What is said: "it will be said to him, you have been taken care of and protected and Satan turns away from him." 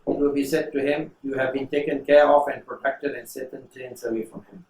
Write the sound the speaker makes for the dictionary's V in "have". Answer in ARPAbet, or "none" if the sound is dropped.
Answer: V